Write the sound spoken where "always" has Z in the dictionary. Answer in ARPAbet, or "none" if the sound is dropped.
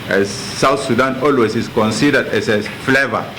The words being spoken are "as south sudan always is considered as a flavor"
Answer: S